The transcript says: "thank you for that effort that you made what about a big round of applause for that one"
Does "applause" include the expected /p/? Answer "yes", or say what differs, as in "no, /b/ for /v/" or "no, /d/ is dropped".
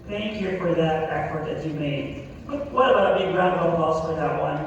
no, /p/ is dropped